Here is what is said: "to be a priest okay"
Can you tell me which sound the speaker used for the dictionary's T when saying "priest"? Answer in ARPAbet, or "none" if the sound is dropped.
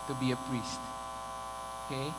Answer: T